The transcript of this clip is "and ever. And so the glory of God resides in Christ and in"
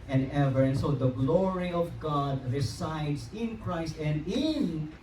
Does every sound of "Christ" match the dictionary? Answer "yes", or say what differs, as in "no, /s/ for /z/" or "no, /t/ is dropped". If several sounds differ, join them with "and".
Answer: yes